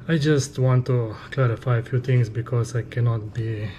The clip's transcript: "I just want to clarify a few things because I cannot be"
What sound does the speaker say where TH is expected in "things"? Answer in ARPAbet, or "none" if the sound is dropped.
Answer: T